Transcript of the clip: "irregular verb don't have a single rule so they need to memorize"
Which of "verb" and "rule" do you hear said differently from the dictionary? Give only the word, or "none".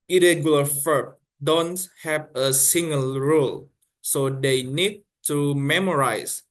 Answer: verb